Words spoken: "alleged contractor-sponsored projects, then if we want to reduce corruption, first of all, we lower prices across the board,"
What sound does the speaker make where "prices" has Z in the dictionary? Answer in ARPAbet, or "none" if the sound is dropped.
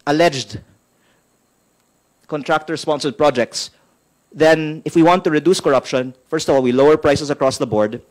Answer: S